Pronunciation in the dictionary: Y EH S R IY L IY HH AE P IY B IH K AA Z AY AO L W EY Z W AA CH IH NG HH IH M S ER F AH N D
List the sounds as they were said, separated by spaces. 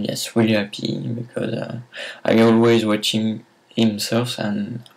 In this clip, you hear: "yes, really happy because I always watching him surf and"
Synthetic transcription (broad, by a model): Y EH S W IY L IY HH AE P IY B IH K AA Z AY AO L W EY Z W AA CH IH NG HH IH M S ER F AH N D